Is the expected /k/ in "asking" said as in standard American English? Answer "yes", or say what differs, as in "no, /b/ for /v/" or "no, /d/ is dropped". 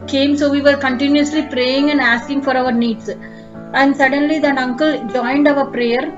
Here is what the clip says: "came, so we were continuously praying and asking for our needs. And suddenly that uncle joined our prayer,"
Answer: yes